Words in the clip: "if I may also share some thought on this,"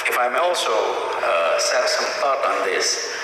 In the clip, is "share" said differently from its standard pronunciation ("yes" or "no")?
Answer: yes